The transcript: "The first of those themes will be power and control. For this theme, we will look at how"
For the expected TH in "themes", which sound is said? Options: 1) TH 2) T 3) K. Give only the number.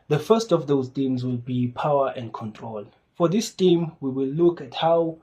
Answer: 2